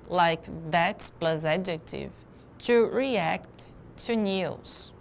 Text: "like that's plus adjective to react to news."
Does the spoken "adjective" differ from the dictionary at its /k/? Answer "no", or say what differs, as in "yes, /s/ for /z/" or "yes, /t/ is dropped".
no